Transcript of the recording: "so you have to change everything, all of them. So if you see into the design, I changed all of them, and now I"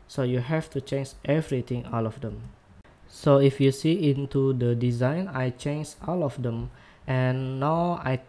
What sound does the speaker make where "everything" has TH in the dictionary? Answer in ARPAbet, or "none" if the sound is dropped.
T